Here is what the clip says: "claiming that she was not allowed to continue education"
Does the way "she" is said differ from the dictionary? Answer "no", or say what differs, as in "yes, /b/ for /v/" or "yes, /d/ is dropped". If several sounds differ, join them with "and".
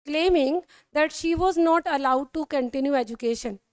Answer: no